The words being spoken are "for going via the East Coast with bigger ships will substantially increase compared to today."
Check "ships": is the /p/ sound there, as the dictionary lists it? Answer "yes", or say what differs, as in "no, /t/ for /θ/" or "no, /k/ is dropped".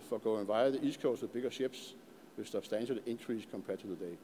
no, /b/ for /p/